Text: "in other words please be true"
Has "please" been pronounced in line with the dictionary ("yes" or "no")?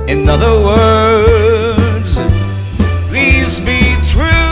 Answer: yes